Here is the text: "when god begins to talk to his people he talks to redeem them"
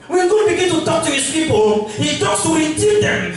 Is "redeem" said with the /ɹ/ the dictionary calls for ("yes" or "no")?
no